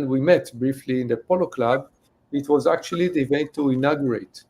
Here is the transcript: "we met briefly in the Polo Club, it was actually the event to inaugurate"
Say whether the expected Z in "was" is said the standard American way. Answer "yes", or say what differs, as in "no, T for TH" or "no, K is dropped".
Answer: yes